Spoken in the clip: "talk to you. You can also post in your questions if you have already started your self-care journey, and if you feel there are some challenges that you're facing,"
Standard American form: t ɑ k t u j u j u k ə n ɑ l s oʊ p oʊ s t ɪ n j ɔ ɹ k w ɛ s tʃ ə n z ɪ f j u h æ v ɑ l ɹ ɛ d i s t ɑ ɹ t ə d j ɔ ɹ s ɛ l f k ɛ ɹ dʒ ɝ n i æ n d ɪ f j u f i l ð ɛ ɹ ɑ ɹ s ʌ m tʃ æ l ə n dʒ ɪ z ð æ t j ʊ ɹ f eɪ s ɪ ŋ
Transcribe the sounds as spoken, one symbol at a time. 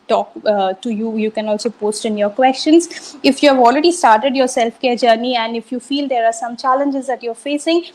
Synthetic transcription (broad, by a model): t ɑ k t u j u j u k ə n ɑ l s oʊ p oʊ s t ɪ n j ɔ ɹ k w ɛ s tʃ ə n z ɪ f j u h æ v ɑ l ɹ ɛ d i s t ɑ ɹ t ə d j ɔ ɹ s ɛ l f k ɛ ɹ dʒ ɝ n i æ n d ɪ f j u f i l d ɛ ɹ ɑ ɹ s ʌ m tʃ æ l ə n dʒ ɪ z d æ t j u ɹ f eɪ s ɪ ŋ